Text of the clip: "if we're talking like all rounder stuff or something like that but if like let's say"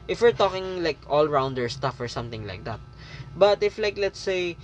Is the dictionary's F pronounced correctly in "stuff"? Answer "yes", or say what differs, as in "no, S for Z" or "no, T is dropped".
yes